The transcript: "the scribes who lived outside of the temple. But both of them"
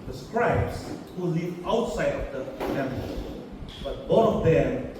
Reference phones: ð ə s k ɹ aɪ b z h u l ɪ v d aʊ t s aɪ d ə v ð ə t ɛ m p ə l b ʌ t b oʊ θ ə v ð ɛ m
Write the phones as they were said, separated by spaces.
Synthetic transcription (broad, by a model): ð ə s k ɹ aɪ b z h u l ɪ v aʊ t s aɪ d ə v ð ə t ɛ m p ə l b ʌ t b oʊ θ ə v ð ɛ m